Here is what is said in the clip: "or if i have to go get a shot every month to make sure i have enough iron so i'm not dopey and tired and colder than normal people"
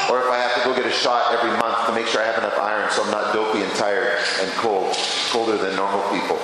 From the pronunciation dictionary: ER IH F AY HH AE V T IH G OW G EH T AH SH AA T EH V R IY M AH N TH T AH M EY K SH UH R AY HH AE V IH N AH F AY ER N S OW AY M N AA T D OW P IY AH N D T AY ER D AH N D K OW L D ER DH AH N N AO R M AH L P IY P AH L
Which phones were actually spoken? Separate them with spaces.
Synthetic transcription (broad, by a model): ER IH F AY HH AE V T IH G OW G EH T AH SH AA T EH V R IY M AH N TH T AH M EY K SH UH R AY HH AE V IH N AH F AY ER N S OW AY M N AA T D OW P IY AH N T AY ER D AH N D K OW L D ER DH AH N N AO R M L P IY P L